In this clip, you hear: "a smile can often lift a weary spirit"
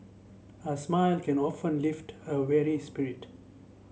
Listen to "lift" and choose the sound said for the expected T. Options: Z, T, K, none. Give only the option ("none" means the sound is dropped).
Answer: T